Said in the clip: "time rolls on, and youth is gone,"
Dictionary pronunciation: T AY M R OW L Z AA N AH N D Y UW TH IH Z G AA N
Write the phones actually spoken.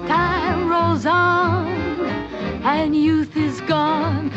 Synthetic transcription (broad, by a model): T AY M R OW L Z AA N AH N Y UW TH IH Z G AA N